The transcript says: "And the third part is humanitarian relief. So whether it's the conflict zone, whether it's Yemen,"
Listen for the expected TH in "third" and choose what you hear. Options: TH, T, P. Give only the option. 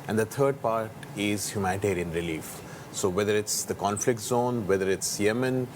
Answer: T